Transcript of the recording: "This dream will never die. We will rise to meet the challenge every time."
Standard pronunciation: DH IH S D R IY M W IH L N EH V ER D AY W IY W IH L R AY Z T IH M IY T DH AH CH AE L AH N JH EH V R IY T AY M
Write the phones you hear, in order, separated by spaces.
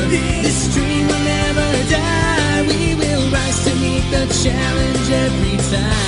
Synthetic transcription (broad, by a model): DH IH S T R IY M W IH L N EH V ER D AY W IY W IH L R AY T IH M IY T DH AH CH AE L AH N JH EH V R IY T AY